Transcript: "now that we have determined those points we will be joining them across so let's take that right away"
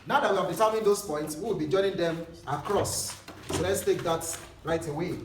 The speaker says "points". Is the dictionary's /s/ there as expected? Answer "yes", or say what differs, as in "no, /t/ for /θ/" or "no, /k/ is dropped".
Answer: yes